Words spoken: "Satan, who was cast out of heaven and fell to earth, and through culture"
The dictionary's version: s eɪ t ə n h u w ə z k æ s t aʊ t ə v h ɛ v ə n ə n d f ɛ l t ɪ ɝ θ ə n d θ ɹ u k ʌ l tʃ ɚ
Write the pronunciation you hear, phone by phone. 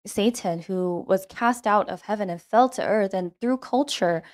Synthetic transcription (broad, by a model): s eɪ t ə n h u w ə z k æ s t aʊ t ə v h ɛ v ə n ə n f ɛ l t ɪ ɝ θ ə n θ ɹ u k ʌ l tʃ ɚ